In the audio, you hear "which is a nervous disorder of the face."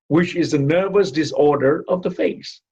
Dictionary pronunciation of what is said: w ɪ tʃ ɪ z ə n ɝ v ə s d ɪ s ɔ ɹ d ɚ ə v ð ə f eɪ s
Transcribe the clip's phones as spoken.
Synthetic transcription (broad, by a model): w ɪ tʃ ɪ z ə n ɝ v ə s d ɪ s ɔ ɹ d ɚ ə v ð ə f eɪ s